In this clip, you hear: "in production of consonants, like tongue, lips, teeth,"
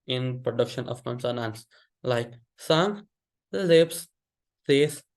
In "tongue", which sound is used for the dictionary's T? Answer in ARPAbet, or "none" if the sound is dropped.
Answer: S